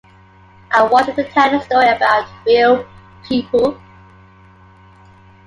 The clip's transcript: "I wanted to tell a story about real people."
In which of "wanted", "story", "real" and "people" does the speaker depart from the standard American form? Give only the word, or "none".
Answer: wanted